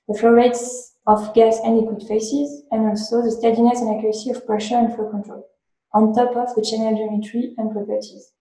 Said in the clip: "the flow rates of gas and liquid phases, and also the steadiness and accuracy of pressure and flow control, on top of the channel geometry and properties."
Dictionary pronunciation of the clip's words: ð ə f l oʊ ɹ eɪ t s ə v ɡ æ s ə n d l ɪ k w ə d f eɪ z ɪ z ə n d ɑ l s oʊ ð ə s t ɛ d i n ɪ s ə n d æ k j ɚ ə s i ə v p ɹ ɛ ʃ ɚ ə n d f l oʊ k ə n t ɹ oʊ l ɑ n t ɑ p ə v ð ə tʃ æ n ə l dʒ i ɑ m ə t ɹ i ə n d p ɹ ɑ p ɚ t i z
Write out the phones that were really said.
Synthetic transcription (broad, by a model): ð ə f l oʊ ɹ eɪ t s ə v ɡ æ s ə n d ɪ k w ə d f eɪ s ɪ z ə n d ɑ l s oʊ ð ə s t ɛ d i n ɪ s ə n d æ k j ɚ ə s i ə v p ɹ ɛ ʃ ɚ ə n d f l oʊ k ə n t ɹ oʊ l ɑ n t ɑ p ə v ð ə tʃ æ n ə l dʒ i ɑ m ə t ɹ i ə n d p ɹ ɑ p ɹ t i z